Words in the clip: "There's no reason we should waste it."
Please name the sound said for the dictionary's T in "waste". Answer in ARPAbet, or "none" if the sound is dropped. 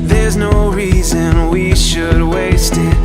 T